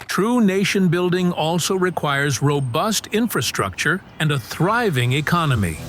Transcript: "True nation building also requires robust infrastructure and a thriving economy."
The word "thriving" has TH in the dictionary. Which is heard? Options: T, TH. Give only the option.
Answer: TH